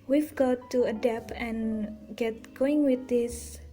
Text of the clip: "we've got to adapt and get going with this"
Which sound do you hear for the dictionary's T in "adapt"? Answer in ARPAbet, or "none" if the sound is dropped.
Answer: none